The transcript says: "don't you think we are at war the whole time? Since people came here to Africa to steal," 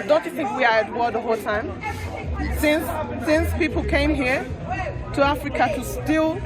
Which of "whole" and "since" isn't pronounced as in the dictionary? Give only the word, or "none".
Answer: none